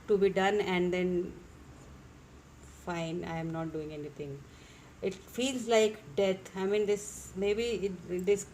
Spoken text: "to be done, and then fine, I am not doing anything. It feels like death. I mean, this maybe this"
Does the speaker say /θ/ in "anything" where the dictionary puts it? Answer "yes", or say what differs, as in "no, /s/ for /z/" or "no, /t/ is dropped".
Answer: no, /t/ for /θ/